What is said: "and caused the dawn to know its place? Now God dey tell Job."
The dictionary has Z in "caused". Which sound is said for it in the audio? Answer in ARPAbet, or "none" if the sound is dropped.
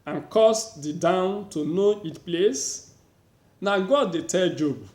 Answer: S